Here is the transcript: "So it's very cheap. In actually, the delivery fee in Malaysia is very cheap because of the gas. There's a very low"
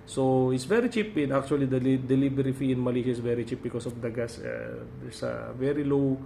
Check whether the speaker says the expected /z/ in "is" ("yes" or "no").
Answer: no